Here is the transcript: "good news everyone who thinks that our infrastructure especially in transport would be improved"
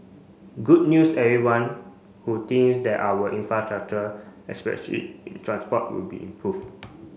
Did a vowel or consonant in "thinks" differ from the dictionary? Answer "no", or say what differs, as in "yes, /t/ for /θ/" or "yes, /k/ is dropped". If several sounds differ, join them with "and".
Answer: yes, /t/ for /θ/ and /k/ is dropped